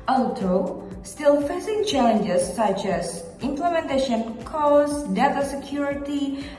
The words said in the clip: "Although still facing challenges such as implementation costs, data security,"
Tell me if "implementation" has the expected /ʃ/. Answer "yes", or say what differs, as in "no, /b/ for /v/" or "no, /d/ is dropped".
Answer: yes